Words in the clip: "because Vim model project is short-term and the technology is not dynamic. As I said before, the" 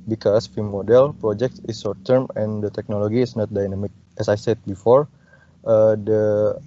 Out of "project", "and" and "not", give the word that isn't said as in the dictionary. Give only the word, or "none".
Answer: none